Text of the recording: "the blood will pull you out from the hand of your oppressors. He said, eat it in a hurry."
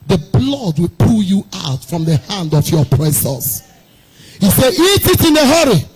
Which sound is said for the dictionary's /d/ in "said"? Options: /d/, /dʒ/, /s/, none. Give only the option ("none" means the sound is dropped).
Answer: none